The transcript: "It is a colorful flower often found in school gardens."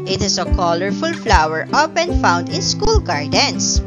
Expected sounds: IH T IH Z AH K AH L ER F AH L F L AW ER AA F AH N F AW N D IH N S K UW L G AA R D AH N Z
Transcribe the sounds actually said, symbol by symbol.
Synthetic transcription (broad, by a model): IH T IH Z AH K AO L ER F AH L F L AW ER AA P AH N F AW N D IH N S K UW L G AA R D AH N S